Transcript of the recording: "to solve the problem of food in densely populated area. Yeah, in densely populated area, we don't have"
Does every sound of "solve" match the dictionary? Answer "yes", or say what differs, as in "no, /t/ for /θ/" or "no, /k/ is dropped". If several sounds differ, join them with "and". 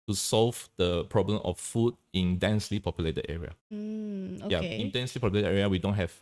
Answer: yes